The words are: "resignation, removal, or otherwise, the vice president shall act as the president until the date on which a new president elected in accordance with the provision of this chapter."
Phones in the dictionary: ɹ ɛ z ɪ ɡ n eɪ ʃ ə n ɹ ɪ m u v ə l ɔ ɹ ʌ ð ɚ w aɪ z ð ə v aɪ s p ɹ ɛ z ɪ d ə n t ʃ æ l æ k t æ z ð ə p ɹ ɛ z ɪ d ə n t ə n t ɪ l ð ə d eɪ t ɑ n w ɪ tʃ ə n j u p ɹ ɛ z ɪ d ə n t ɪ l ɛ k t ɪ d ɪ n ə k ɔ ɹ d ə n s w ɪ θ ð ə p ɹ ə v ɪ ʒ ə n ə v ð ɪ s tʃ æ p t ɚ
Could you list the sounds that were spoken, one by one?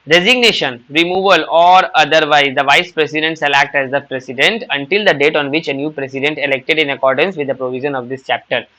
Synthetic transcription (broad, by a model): ɹ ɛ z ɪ ɡ n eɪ ʃ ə n ɹ ɪ m u v ə l ɔ ɹ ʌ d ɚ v aɪ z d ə v aɪ s p ɹ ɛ s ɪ d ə n t s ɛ l æ k t æ z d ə p ɹ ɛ s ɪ d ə n t ə n t ɪ l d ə d eɪ t ɑ n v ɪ tʃ ə n j u p ɹ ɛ s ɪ d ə n t ɪ l ɛ k t ɪ d ɪ n ə k ɔ ɹ d ə n s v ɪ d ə p ɹ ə v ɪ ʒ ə n ə v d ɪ s tʃ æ p t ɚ